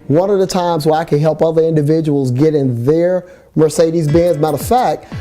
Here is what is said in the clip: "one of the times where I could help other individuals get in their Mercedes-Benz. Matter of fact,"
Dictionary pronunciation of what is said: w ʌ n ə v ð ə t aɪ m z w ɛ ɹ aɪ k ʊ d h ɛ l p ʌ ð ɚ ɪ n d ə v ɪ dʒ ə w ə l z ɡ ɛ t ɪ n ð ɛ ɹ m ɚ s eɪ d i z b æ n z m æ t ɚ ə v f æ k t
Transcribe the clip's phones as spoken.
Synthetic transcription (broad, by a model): w ʌ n ə v ð ə t aɪ m z w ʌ ɹ aɪ k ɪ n h ɛ l p ʌ ð ɚ ɪ n d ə v ɪ dʒ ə w l z ɡ ɛ t ɪ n ð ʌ ɹ m ɚ s eɪ d i z b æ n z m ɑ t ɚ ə f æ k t